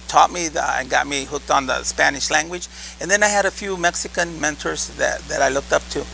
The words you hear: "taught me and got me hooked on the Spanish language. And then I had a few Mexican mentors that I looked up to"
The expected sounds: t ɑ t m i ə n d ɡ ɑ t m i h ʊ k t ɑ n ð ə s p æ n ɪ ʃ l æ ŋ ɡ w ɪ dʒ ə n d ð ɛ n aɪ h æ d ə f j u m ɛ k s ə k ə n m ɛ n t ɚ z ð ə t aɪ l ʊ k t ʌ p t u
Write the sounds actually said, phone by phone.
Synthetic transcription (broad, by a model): t ɑ t m i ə n ɡ ɑ t m i h ʊ k t n ð ə s p æ n ɪ ʃ l æ ŋ ɡ w ɪ dʒ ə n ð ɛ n aɪ h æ d ə f j u m ɛ k s ə k ə n m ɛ n t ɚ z ð ə t aɪ l ʊ k t ʌ p t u